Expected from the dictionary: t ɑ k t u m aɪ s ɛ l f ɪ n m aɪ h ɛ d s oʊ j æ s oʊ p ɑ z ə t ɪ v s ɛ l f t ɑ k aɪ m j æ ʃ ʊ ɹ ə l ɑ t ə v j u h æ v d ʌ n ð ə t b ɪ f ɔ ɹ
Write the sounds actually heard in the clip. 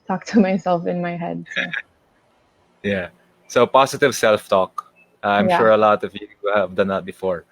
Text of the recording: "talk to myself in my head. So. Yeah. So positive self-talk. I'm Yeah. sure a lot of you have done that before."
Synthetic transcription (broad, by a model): t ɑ k t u m aɪ s ɛ l f ɪ n m aɪ h ɛ d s j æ s oʊ p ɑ s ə t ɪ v s ɛ l f t ɑ k aɪ m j ʃ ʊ ɹ ə l ɑ t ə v j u h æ v d ʌ n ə t b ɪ f ɔ ɹ